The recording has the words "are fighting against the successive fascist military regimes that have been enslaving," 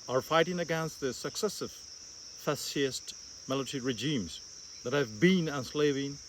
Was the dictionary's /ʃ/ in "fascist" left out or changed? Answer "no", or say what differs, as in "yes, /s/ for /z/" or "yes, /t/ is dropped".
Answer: yes, /s/ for /ʃ/